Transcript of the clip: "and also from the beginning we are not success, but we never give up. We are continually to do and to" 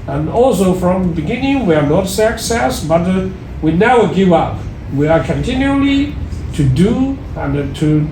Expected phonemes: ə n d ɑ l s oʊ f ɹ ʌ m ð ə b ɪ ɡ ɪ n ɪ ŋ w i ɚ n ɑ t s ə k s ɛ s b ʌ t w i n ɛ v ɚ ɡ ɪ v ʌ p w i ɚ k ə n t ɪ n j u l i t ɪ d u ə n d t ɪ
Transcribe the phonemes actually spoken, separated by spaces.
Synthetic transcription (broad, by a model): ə n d ɑ l s oʊ f ɹ ʌ m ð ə b ɪ ɡ ɪ n ɪ ŋ w i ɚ n ɑ t s ə k s ɛ s b ʌ t w i n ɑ ʊ ɡ ɪ v ʌ p w i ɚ k ə n t ɪ n j u l i t ɪ d u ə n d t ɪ